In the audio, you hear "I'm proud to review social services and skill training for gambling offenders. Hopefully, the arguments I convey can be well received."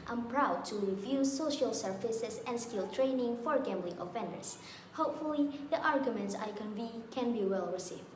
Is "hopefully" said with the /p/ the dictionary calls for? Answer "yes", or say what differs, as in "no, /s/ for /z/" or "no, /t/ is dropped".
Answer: yes